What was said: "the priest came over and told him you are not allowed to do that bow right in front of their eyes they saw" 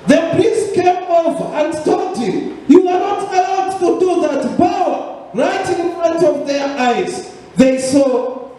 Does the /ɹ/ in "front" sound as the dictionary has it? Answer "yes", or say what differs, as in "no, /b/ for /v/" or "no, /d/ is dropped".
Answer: no, /ɹ/ is dropped